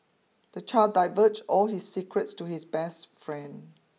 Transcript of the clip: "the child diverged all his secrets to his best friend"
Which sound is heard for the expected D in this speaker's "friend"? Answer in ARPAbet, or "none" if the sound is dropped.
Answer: D